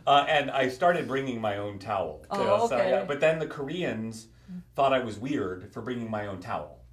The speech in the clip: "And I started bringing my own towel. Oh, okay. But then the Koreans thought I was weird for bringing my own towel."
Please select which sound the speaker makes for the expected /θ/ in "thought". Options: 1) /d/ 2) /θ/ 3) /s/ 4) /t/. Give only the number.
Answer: 2